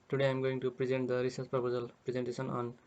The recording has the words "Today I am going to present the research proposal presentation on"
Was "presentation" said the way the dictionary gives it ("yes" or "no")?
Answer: no